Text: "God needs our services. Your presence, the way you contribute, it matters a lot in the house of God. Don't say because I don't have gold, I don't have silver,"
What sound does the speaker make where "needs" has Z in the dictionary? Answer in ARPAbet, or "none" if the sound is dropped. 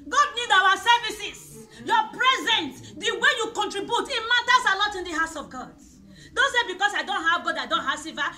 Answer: none